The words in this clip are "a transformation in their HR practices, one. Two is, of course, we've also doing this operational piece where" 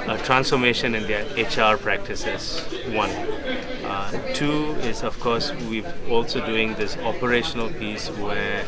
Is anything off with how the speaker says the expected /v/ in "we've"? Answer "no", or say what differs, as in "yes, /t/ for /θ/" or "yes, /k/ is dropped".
yes, /v/ is dropped